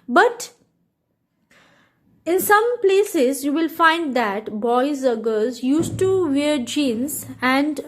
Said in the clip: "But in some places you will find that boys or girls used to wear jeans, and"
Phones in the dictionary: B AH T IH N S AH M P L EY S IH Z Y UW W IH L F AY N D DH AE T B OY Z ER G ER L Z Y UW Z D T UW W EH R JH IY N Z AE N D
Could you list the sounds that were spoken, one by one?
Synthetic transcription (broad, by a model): B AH T IH N S AH M P L EY S IH Z Y UW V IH L F AY N D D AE T B OY Z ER G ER Z Y UW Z T UW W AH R JH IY N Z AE N D